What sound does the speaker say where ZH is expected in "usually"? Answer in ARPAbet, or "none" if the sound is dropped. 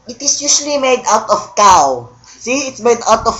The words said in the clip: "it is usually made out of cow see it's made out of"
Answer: S